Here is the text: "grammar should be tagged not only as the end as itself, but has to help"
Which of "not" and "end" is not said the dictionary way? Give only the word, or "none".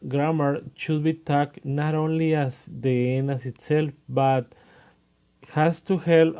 end